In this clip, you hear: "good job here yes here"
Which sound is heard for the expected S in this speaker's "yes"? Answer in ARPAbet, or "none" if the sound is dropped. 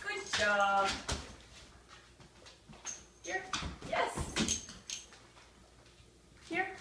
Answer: S